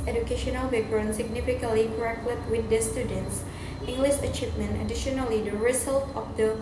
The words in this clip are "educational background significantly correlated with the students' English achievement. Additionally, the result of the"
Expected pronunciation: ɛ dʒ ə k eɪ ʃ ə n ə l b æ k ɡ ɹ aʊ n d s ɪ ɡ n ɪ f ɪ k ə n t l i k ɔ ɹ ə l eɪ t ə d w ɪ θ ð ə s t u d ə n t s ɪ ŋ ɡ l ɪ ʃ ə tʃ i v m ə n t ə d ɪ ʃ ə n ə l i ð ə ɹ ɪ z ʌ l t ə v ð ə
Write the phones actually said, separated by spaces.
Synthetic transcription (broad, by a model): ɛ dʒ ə k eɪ ʃ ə n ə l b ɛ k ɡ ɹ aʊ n s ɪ ɡ n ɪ f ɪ k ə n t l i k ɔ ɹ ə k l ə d w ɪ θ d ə s t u d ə n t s ɪ ŋ ɡ l ɪ ʃ ə tʃ i v m ə n t ə d ɪ ʃ ə n ə l i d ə ɹ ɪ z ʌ l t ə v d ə